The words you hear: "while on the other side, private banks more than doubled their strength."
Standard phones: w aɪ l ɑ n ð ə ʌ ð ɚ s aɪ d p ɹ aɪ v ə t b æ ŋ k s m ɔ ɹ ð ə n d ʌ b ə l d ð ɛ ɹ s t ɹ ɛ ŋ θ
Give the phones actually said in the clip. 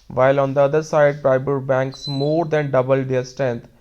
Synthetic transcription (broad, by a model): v aɪ l ɑ n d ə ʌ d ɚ s aɪ d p ɹ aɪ b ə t b æ ŋ k s m ɔ ɹ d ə n d ʌ b ə l d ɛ ɹ s t ɹ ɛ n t